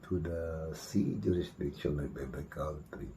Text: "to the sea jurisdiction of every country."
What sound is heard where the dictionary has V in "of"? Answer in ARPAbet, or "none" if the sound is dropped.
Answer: B